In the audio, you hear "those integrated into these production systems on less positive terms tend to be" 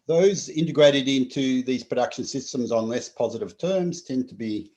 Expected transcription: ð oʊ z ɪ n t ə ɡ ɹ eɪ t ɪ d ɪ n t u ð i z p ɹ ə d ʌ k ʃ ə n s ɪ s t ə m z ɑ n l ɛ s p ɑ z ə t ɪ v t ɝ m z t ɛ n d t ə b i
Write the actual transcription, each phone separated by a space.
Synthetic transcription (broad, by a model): ð oʊ z ɪ n t ə ɡ ɹ eɪ t ɪ d ɪ n t u ð i z p ɹ ə d ʌ k ʃ ə n s ɪ s t ə m z n l ɛ s p ɑ z ə t ɪ v t ɝ m z t ɛ n t ə b i